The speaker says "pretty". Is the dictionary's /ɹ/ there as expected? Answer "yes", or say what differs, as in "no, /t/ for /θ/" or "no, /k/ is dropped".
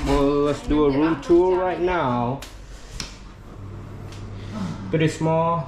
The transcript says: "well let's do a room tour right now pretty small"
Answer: no, /ɹ/ is dropped